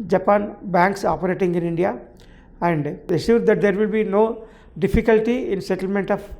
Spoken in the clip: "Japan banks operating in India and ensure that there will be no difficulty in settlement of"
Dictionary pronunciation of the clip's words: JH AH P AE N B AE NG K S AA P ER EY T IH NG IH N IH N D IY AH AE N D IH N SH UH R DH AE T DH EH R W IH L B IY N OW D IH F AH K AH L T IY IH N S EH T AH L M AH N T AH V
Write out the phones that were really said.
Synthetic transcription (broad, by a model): JH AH P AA N B AE NG K S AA P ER EY T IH NG IH N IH N D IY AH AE N D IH SH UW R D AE T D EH R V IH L B IY N OW D IH F AH K AH L T IY IH N S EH T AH L M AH N T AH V